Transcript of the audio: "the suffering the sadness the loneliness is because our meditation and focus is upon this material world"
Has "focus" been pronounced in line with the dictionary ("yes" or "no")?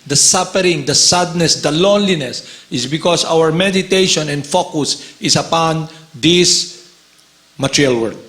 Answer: yes